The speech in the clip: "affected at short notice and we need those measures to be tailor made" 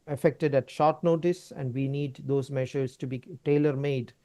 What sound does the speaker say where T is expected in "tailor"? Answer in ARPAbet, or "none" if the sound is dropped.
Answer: T